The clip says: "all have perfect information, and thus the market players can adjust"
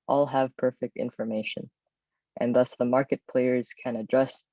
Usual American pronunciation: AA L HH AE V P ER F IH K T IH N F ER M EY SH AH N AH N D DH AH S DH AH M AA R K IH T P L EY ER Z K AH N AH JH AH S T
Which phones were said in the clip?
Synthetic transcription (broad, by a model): AA L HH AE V P ER F IH K T IH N F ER M EY SH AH N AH N DH AH S DH AH M AA R K IH T P L EY ER Z K AH N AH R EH S